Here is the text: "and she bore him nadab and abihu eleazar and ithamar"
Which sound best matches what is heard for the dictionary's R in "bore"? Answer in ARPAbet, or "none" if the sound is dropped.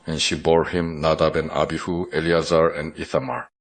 R